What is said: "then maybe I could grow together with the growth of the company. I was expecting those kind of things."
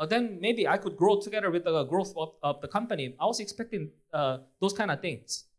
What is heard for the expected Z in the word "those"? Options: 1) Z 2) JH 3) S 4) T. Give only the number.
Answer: 3